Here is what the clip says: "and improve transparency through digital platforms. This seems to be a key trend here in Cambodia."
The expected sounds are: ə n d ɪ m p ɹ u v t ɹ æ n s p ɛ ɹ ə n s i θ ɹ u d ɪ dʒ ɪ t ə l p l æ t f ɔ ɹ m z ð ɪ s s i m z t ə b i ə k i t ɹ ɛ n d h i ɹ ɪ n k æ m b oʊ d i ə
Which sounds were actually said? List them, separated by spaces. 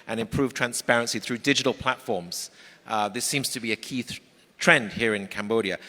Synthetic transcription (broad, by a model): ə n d ɪ m p ɹ u v t ɹ æ n s p ɛ ɹ ə n s i θ ɹ u d ɪ dʒ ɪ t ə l p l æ t f ɔ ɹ m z ð ɪ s s i m z t ə b i ə k i t ɹ ɛ n d h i ɹ ɪ n k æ m b oʊ d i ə